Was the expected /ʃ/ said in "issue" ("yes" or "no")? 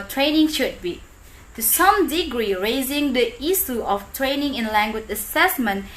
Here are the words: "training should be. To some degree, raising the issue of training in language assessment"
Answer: no